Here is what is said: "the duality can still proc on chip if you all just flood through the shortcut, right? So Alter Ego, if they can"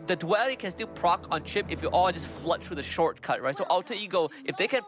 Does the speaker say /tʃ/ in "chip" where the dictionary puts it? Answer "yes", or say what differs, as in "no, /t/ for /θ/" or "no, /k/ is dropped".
yes